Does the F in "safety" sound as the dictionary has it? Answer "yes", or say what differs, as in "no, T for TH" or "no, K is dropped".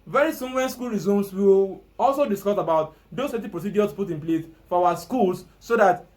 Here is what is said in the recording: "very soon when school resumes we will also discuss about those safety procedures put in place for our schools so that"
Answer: no, F is dropped